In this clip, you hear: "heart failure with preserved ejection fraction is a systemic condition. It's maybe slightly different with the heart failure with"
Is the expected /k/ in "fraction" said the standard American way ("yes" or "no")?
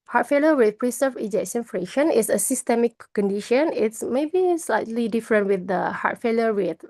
no